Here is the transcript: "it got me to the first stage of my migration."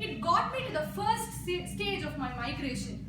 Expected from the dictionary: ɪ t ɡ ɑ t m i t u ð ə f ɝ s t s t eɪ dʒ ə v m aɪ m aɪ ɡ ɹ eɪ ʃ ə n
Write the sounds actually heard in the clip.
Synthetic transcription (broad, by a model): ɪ t ɡ ɑ t m i t u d ə f ɝ s t s t eɪ dʒ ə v m aɪ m aɪ ɡ ɹ eɪ ʃ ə n